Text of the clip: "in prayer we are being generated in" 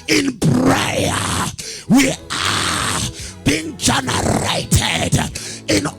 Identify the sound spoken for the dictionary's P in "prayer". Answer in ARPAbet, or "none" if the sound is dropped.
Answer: B